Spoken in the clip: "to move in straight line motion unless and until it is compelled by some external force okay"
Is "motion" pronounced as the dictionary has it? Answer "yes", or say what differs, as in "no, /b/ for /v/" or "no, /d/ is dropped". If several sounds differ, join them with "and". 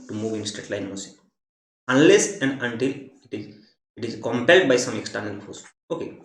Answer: no, /s/ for /ʃ/ and /n/ is dropped